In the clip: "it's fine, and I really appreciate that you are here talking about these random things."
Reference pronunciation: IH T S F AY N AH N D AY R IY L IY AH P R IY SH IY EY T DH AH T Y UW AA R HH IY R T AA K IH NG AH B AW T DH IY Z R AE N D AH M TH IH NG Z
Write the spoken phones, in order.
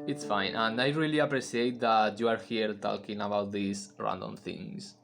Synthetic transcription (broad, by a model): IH T S F AY N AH N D AY R IY L IY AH P R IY S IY EY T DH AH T Y UW AA R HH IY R T AA K IH NG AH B AW T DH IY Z R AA N D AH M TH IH NG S